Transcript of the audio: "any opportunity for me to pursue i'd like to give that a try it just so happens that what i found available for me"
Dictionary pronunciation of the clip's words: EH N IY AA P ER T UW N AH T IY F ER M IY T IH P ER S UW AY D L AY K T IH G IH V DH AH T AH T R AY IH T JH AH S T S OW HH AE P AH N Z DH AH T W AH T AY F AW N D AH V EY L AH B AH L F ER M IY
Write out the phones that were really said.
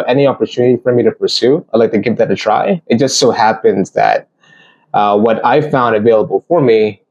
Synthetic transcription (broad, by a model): EH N IY AA P ER T UW N AH T IY F ER M IY T IH P ER S UW AY D L AY K T IH G IH V DH AH T AH T R AY IH T JH AH S T S OW HH AE P AH N Z DH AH T W AH T AY F AW N D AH V EY L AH B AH L F ER M IY